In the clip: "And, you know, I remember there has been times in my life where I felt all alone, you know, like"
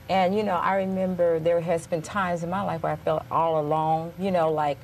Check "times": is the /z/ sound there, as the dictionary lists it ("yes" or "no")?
yes